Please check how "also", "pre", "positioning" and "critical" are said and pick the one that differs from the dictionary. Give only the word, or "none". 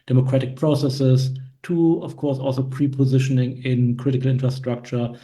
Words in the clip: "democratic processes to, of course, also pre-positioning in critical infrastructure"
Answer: none